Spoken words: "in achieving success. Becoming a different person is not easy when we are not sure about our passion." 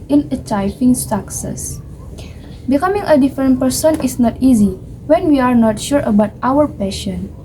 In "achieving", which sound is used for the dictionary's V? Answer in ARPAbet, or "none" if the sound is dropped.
F